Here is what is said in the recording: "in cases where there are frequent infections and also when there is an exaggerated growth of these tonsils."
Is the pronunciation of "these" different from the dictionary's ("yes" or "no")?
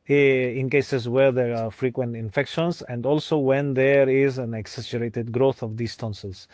yes